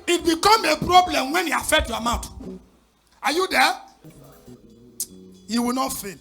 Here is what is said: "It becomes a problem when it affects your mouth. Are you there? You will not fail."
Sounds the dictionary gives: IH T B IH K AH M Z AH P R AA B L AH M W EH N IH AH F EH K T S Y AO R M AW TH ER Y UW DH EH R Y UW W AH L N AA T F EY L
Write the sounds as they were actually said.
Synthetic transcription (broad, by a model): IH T B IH K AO M AH P R AA B L AH M W EH N IH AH F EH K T Y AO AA M AW T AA Y UW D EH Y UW W AH L N AA T F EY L